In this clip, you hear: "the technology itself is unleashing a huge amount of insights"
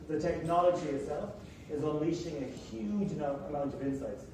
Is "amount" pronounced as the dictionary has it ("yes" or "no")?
yes